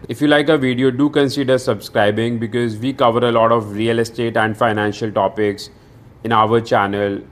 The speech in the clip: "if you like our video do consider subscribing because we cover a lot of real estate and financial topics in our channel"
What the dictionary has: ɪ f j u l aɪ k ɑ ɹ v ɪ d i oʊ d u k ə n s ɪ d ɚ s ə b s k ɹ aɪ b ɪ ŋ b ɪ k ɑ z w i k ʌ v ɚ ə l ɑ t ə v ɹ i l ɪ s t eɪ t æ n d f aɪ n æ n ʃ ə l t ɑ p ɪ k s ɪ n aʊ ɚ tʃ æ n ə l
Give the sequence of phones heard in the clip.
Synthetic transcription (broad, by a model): ɪ f j u l aɪ k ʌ v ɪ d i oʊ d u k ə n s ɪ d ɚ s ə b s k ɹ aɪ b ɪ ŋ b ɪ k ɑ z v i k ʌ v ɚ ə l ɑ t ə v ɹ i l ɪ s t eɪ t æ n d f aɪ n æ n ʃ ə l t ɑ p ɪ k s ɪ n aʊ ɚ tʃ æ n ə l